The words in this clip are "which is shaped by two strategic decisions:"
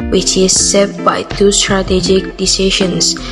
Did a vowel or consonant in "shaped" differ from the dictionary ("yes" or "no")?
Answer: yes